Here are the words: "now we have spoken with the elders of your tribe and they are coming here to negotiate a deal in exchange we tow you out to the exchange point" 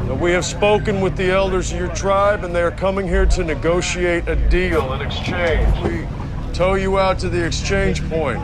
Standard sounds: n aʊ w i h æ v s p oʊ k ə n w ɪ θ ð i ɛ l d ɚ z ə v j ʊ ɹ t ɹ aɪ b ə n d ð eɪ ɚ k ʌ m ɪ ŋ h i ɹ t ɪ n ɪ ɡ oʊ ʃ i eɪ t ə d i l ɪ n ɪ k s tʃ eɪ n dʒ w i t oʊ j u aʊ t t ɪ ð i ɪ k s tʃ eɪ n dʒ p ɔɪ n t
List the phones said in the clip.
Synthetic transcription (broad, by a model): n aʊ w i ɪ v s p oʊ k ə n w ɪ ð i ɛ l d ɚ z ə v j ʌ ɹ t ɹ aɪ b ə n ð eɪ ɚ k ʌ m ɪ ŋ h i ɹ t ɪ n ɪ ɡ oʊ ʃ i eɪ t ə d i l ɪ n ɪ k s tʃ eɪ n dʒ w i t oʊ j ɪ aʊ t t ɪ ð i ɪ k s tʃ eɪ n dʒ p ɔɪ n t